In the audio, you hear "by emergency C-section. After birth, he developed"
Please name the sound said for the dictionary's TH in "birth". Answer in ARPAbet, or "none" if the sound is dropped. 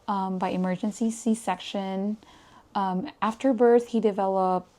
TH